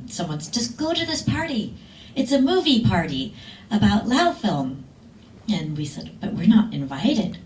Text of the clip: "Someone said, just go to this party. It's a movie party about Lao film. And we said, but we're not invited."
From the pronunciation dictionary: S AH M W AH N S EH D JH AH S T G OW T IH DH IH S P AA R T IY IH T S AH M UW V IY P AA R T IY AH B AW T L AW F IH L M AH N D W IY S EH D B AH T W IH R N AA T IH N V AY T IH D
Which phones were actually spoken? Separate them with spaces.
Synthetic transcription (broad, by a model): S AH M W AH N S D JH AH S G OW T IH DH IH S P AA R T IY IH T S AH M UW V IY P AA R T IY AH B AW T L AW F IH L M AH N W IY S EH D B AH T W IH R N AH T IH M V AY T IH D